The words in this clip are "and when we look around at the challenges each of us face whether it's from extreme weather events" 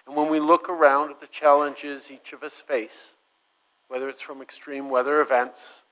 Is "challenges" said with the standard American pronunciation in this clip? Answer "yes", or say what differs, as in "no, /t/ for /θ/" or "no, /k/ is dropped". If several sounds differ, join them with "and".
yes